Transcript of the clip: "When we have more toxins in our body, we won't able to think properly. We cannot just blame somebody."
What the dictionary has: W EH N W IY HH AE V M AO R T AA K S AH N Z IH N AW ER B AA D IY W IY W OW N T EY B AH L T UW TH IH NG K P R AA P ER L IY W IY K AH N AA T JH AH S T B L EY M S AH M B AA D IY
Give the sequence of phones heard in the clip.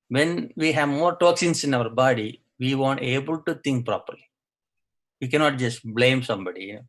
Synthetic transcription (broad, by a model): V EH N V IY HH AE V M AO R T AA K S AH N S IH N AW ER B AA D IY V IY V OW N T EY B AH L T UW T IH NG K P R AA P ER L IY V IY K AH N AA T JH AH S T B L EY M S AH M B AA D IY